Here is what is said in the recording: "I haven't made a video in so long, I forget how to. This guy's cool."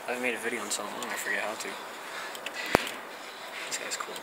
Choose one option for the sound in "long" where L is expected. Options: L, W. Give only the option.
W